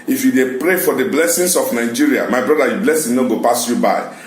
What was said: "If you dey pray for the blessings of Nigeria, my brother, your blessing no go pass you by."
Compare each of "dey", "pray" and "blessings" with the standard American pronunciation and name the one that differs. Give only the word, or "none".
blessings